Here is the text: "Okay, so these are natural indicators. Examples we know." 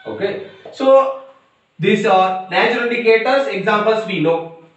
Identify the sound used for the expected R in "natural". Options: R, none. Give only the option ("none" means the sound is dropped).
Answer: none